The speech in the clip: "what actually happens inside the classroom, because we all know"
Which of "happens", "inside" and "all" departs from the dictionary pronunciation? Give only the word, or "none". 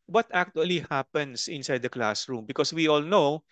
happens